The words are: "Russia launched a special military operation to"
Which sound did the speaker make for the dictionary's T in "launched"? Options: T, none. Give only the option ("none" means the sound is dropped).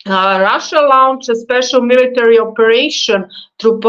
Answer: none